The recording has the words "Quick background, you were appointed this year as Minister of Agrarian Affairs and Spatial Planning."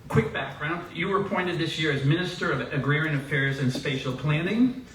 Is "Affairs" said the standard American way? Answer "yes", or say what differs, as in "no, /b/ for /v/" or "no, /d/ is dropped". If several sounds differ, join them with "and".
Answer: yes